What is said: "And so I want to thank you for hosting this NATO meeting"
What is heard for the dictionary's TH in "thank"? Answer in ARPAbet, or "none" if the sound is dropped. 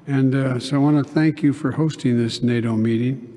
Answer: TH